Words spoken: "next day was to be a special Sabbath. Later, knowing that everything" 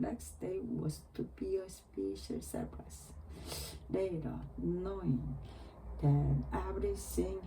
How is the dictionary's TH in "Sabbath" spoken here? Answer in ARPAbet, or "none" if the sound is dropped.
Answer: S